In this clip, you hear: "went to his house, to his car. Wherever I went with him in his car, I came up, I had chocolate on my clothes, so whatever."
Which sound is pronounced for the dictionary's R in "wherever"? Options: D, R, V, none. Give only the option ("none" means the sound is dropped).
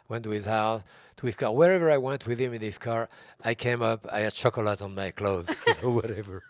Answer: R